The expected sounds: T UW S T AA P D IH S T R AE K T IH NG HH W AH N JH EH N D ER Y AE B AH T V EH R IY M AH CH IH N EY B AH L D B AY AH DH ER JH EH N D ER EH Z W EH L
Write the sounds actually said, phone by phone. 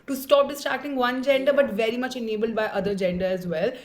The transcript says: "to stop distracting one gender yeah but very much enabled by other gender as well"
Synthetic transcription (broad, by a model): T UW S T AA P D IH S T AA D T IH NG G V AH N JH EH N D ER B AH T V EH R IY M AH CH IH N EY B AH L D B AY AH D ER JH EH N D ER EH Z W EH L